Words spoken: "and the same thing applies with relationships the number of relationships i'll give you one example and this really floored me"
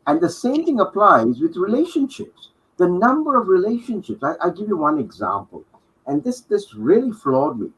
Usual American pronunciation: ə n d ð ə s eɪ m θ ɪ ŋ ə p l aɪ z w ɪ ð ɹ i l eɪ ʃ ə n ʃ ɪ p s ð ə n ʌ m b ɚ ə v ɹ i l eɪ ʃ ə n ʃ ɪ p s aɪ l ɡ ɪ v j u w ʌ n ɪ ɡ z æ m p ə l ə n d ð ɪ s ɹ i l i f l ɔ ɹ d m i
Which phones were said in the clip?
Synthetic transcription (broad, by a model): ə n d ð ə s eɪ m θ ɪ ŋ ə p l aɪ z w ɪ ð ɹ i l eɪ ʃ ə n ʃ ɪ p s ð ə n ʌ m b ɚ ə v ɹ i l eɪ ʃ ə n ʃ ɪ p s aɪ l ɡ ɪ v j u w ʌ n ɪ ɡ z æ m p ə l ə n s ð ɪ s ɹ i l i f l ɔ d m i